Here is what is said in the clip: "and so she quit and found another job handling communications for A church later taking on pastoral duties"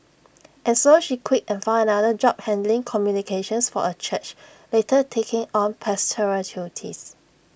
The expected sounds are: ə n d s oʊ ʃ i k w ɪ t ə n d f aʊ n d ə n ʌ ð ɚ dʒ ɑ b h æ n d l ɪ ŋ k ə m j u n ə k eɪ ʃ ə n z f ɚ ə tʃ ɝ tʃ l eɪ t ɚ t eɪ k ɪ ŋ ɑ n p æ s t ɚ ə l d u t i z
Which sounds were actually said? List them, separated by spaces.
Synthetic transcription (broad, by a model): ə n s oʊ ʃ i k w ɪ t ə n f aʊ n ə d ʌ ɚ dʒ ɑ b h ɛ n d l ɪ ŋ k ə m j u n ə k eɪ ʃ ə n s f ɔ ə tʃ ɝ tʃ l eɪ t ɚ t eɪ k ɪ ŋ ɑ n p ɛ s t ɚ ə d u t i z